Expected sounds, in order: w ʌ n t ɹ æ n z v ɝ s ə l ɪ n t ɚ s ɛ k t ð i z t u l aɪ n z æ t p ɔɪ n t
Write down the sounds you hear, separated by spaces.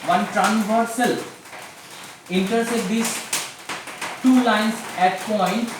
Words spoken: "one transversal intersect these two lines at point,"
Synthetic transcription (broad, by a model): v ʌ n t ɹ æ n s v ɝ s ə l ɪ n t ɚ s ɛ t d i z t u l aɪ n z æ t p ɔɪ n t